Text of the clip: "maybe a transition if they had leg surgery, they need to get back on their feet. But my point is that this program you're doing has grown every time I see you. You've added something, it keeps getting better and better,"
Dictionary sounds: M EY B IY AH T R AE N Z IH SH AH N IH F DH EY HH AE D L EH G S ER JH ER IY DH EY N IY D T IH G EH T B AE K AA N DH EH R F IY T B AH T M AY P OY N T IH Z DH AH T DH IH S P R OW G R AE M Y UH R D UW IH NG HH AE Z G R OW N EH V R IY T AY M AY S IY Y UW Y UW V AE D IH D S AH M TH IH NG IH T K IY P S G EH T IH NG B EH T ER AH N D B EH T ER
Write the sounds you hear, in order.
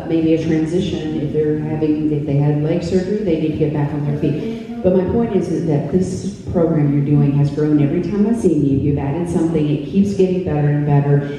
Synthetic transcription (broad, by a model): M EY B IY AH T R AE N Z IH SH AH N IH F DH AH HH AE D L EH G S ER JH ER IY DH EY N IY D T IH G EH T B AE K N DH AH R F IY T B AH T M AY P OY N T IH Z DH AH T DH IH S P R OW G R AE M Y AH R D UW IH NG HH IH Z G R OW N EH V R IY T AY M AY S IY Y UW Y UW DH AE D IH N S AH M TH IH NG IH T K IY P S G EH T IH NG B EH T ER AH N B EH T ER